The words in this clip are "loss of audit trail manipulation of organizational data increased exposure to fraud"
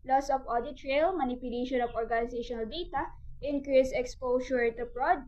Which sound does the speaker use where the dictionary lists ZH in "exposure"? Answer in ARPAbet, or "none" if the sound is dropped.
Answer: S